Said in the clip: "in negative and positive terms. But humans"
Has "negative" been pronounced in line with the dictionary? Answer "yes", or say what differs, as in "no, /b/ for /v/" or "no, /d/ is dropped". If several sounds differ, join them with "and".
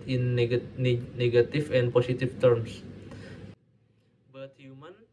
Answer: no, /f/ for /v/